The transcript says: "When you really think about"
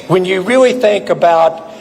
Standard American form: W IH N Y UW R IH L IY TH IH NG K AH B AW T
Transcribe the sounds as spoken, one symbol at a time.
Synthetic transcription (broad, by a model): W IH N Y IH R IH L IY TH IH NG K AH B AW T